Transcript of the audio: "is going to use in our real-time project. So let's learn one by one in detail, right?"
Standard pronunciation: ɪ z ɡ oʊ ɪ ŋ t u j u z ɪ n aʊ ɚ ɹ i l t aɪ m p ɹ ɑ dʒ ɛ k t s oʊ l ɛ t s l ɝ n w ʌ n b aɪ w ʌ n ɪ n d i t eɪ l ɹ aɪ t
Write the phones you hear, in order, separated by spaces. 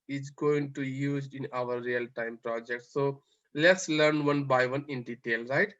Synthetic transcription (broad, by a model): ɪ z ɡ oʊ ɪ ŋ t u j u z ɪ n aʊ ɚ ɹ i l t aɪ m p ɹ ɑ dʒ ɛ k t s oʊ l ɛ t s l ɝ n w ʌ n b aɪ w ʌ n ɪ n d i t eɪ l ɹ aɪ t